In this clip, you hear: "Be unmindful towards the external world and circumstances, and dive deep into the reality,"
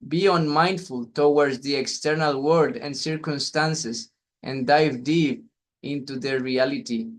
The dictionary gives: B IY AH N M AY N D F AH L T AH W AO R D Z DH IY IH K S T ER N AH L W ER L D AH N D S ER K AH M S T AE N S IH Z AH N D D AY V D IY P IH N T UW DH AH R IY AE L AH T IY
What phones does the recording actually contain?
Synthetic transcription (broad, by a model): B IY AH N M AY N D F AH L T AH W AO R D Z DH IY IH K S T ER N AH L W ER D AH N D S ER K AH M S T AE N S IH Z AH N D D AY V D IY P IH N T UW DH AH R IY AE L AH T IY